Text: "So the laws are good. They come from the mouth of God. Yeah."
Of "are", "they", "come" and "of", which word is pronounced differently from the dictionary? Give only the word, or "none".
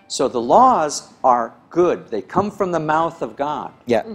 none